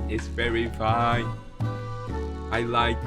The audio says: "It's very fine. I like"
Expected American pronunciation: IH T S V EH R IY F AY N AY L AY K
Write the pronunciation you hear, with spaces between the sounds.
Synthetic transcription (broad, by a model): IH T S V EH R IY F AY N AY L AY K